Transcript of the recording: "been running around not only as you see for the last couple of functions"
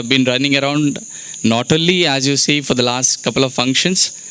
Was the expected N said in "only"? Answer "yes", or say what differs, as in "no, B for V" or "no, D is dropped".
no, N is dropped